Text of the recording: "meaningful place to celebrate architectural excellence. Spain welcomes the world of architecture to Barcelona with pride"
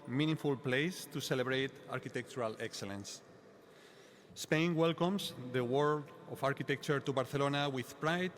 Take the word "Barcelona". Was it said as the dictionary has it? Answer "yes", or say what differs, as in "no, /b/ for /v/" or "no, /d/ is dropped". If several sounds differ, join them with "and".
no, /θ/ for /s/